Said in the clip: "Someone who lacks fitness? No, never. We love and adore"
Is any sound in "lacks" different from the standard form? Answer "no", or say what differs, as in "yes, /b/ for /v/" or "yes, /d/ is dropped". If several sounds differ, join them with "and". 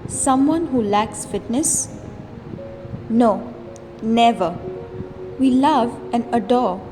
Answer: no